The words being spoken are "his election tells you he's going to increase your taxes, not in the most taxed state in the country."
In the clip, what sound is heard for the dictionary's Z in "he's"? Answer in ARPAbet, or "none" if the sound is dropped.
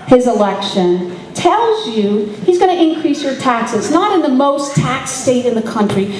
Z